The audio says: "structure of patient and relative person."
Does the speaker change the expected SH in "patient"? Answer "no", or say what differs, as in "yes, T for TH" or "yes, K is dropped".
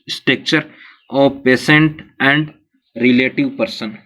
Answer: yes, S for SH